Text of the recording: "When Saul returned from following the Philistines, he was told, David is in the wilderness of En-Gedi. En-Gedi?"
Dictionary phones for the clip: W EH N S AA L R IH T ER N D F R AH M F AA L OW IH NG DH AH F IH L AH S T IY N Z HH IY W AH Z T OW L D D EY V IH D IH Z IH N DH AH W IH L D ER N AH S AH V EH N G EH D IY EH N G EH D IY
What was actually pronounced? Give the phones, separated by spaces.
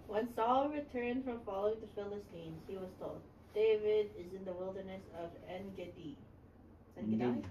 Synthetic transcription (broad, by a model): W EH N S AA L R IH T ER N D F R AH M F AA L OW IH NG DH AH F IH L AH S T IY N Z HH IY W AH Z T OW L D D EY V IH D IH Z IH N DH AH W IH L D ER N AH S AH V EH N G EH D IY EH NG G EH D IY